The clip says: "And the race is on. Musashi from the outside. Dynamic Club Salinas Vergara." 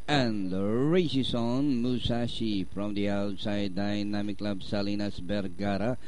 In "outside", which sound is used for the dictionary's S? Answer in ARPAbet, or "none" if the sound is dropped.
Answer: S